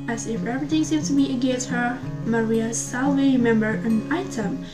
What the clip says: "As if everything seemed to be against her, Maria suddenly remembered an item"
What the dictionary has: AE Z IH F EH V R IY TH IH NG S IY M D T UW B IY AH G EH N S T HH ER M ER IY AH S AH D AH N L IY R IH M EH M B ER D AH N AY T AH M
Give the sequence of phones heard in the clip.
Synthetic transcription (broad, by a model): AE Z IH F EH P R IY T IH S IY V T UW B IY AH G EH N S T HH ER M ER IY AH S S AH L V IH M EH M B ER AH N AY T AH M